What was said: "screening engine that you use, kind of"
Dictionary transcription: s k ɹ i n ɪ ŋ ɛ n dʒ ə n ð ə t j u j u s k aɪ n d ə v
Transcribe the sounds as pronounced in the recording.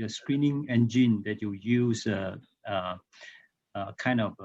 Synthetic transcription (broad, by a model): s k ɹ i n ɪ ŋ ɛ n dʒ ə n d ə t j u j u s k aɪ n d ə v